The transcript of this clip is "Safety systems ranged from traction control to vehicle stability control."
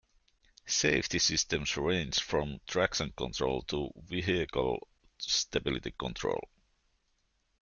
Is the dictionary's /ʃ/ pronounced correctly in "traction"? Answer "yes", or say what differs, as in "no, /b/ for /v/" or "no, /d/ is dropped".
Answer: no, /s/ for /ʃ/